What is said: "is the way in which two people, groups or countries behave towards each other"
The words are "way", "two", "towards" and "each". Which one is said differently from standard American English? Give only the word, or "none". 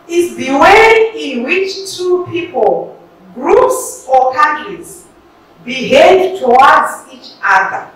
towards